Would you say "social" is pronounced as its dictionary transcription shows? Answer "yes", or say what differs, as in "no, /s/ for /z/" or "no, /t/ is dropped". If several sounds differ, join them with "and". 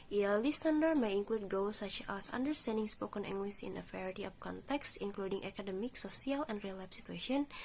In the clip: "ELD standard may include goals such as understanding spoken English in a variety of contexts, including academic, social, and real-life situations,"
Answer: no, /s/ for /ʃ/